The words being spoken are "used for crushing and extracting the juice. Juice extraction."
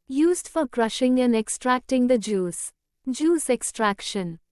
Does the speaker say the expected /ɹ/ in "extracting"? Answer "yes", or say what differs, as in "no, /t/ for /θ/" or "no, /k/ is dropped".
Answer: yes